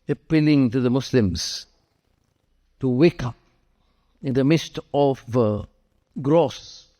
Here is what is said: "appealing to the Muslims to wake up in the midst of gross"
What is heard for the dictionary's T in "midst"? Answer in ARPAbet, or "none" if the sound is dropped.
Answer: T